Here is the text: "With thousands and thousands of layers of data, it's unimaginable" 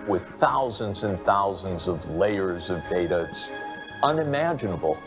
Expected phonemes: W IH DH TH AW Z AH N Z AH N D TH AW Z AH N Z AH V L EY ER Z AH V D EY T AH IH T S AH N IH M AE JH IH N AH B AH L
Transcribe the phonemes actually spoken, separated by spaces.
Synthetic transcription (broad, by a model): W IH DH TH AW Z AH N Z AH N TH AW Z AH N Z AH V L EY ER Z AH V D EY T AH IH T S AH N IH M AE JH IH N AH B L